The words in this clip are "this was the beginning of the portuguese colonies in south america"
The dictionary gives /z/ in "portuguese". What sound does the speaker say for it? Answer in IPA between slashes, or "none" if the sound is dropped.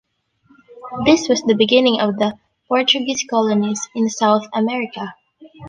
/s/